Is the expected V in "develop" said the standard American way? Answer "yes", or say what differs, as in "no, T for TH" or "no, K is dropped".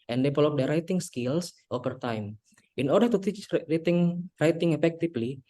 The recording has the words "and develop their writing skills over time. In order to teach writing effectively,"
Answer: no, P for V